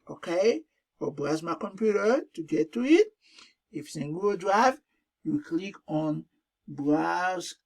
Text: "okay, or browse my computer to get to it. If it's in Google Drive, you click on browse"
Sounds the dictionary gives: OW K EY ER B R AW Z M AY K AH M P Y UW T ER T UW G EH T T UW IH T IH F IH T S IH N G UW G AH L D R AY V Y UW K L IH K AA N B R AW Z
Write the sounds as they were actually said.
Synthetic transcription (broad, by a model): OW K EY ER B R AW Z M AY K AH M P Y UW T ER T UW G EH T T UW IH T IH F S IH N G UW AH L D R AY V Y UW K L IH K AA N B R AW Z